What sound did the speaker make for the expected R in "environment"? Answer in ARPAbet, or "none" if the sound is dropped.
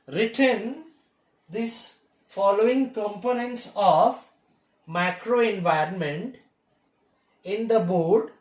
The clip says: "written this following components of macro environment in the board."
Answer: R